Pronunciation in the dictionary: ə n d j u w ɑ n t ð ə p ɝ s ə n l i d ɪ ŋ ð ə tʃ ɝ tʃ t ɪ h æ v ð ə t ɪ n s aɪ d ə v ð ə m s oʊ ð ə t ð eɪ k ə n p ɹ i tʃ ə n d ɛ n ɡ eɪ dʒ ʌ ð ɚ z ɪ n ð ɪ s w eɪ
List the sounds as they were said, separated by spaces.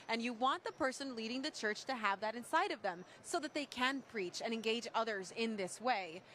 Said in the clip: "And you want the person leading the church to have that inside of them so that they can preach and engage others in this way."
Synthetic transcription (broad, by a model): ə n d j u w ɑ n ð ə p ɝ s ə n l i d ɪ ŋ ð ə tʃ ɝ tʃ t ɪ h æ v ð ə t ɪ n s aɪ d ə v ð ə m s oʊ ð ə t ð eɪ k ə n p ɹ i tʃ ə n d ɛ n ɡ eɪ dʒ ʌ ð ɚ z ɪ n ð ɪ s w eɪ